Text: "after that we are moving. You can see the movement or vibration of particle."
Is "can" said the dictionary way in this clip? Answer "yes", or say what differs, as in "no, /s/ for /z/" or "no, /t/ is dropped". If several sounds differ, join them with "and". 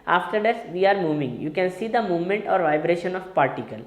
yes